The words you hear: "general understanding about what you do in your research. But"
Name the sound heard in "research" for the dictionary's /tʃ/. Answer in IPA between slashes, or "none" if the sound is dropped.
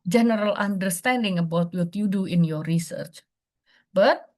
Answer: /tʃ/